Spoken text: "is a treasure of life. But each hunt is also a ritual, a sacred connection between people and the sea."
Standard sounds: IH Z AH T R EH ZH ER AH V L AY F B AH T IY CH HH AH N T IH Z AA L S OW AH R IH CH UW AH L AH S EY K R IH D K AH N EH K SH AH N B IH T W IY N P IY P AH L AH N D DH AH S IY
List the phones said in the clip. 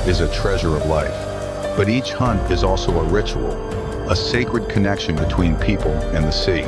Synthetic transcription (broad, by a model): IH Z AH T R EH ZH ER AH V L AY F B AH T IY CH HH AH N T IH Z AA L S OW AH R IH CH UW L AH S EY K R IH D K AH N EH K SH AH N B IH T W IY N P IY P L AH N DH AH S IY